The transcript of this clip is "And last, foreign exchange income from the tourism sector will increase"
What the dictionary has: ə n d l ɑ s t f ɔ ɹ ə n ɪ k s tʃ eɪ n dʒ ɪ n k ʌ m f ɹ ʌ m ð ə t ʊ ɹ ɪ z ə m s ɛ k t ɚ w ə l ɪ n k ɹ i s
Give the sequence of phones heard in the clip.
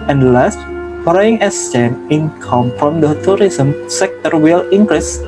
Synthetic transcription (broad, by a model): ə n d l ɑ s t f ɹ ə ɪ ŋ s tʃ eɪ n ɪ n k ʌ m f ɹ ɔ m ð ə t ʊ ɹ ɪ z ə m s ɛ k t ɚ w ə l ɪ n k ɹ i s